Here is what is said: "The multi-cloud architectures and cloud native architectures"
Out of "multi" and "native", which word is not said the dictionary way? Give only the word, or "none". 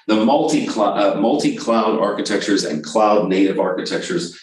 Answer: none